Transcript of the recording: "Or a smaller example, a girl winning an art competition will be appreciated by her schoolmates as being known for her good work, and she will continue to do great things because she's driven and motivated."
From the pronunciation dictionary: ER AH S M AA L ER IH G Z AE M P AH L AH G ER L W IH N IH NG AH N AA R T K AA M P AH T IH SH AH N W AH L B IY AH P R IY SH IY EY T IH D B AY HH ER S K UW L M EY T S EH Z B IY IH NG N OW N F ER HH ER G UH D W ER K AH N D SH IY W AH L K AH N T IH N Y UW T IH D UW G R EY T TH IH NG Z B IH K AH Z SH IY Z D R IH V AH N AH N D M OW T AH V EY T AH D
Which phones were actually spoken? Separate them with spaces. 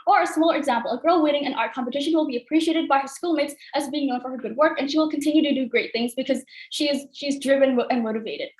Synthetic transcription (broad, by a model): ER AH S M AA L ER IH G Z AE M P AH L AH G ER L W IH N IH NG AH N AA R K AA M P AH T IH SH AH N W AH L B IY AH P R IY SH IY EY T IH D B AY HH ER S K UW L M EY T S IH Z B IY IH NG N OW N F ER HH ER G UH D W ER K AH N SH IY W AH L K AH N T IH N Y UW T IH D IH G R EY T TH IH NG Z B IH K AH Z SH IY Z D R IH V AH N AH N M OW T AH V EY T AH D